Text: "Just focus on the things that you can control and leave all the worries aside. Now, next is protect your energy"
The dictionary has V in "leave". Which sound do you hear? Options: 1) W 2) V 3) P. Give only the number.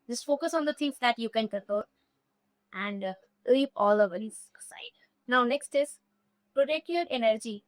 3